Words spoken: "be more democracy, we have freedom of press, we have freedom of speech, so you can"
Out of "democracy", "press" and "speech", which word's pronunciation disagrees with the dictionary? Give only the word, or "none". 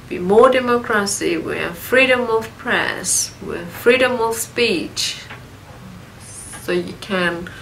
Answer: none